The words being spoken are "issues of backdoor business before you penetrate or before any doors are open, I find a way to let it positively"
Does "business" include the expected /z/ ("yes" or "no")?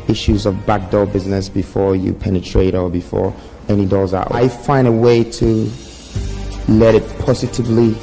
yes